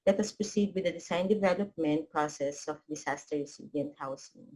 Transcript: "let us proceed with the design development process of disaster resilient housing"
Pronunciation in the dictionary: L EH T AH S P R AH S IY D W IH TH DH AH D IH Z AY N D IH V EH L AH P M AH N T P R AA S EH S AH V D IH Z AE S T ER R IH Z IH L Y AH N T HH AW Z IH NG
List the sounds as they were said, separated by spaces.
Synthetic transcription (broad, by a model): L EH T AH S P R AH S IY D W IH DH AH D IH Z AY N D IH V EH L AH P M AH N T P R AA S EH S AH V D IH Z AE S T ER R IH S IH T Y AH N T HH AW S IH NG